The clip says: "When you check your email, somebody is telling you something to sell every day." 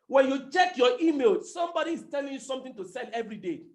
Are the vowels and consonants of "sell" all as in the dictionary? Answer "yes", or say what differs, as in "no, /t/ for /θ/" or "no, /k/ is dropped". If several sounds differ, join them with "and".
no, /n/ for /l/